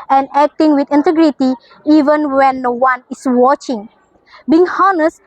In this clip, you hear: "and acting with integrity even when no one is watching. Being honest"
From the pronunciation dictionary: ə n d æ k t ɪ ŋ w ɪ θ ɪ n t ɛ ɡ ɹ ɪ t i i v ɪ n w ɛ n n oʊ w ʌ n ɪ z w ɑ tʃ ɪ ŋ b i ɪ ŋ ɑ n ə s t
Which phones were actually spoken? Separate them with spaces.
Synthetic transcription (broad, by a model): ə n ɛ k t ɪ ŋ w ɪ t ɪ n t ɛ ɡ ɹ ɪ t i i v ɪ n w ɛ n n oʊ w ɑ n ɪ s w ɑ tʃ ɪ ŋ b i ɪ ŋ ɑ n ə s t